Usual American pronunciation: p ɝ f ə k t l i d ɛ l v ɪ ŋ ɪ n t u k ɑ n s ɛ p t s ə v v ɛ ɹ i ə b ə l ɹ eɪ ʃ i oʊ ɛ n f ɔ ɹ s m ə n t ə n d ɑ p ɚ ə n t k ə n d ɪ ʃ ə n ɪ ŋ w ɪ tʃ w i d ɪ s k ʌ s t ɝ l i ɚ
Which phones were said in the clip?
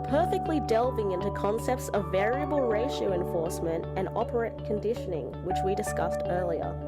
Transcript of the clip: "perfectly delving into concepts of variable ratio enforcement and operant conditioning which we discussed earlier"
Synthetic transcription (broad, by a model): p ɝ f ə k t l i d ɛ l v ɪ ŋ ɪ n t u k ɑ n s ɛ p t s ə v v ɛ ɹ i ə b ə l ɹ eɪ ʃ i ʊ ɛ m f ɔ ɹ s m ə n t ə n ɑ p ɚ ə t k ə n d ɪ ʃ ə n ɪ ŋ w ɪ tʃ w i d ɪ s k ʌ s t ɝ l i ɚ